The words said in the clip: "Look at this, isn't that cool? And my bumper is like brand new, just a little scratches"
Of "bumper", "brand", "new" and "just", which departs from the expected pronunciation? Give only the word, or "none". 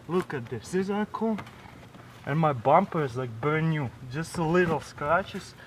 brand